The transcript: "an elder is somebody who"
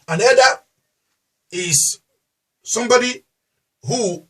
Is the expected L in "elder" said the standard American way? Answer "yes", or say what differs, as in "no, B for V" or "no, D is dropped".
no, L is dropped